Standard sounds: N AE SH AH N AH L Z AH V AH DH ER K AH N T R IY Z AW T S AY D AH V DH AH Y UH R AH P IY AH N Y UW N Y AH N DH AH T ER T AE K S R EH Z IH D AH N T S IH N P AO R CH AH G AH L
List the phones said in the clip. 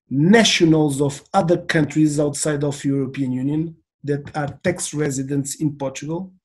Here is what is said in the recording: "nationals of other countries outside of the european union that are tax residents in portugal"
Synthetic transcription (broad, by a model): N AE SH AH N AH L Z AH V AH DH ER K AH N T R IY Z AW T S AY D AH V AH Y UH R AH P IY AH N Y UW N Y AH N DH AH T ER T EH K S R EH Z IH D AH N T S IH N P AO R CH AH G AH L